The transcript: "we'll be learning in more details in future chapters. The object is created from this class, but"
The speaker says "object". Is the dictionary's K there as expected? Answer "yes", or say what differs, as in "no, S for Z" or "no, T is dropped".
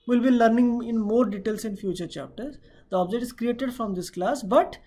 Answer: no, K is dropped